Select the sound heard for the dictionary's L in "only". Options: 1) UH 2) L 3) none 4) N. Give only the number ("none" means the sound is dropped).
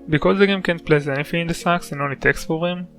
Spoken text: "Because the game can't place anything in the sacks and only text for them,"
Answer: 2